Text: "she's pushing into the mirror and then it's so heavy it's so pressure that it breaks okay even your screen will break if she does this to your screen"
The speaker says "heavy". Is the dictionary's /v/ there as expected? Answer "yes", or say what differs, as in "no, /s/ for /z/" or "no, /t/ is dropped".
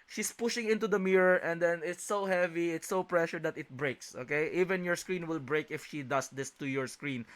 yes